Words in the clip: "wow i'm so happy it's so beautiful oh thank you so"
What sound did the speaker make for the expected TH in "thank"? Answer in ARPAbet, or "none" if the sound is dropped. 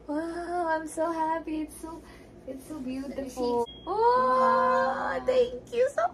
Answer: T